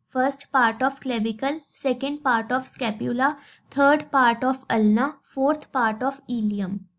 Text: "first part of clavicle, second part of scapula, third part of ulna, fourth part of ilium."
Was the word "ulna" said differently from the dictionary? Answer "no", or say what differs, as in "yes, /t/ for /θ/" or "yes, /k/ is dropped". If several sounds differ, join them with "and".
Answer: no